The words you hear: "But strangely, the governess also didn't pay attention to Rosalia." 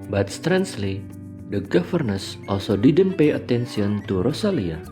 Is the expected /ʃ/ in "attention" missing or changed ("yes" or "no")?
yes